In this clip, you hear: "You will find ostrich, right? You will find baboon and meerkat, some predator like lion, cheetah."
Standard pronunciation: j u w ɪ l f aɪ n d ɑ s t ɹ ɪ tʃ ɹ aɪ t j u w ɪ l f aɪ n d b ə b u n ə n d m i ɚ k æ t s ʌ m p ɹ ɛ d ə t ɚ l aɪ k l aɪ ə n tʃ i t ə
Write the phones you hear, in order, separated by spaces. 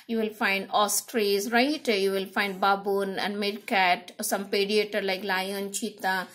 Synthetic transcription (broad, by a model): j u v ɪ l f aɪ n d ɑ s t ɹ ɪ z ɹ aɪ t j u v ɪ l f aɪ n d b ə b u n ə n d m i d k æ t s ʌ m p ɛ d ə t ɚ l aɪ k l aɪ ə n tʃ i t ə